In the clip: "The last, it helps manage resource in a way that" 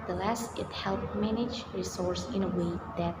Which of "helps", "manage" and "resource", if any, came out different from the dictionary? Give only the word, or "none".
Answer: helps